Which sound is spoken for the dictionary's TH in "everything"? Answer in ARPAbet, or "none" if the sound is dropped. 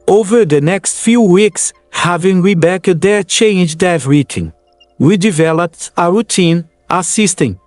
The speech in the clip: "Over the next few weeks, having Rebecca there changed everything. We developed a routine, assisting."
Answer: T